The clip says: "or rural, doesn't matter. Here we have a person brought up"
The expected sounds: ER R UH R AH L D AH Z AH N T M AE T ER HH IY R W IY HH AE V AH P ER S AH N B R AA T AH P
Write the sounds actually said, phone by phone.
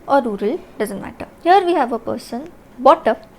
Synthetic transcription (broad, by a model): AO R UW R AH L D AH Z AH N T M AE T ER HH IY R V IY HH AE V AH P ER S AH N B AA T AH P